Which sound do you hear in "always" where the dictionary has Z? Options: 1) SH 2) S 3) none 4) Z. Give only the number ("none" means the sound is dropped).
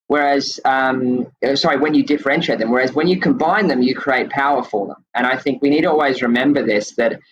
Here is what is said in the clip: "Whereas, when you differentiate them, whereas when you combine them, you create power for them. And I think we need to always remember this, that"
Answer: 4